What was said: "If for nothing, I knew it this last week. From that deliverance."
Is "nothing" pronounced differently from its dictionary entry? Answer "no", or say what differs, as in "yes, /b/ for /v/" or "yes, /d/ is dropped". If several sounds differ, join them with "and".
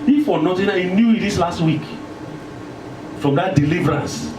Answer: yes, /t/ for /θ/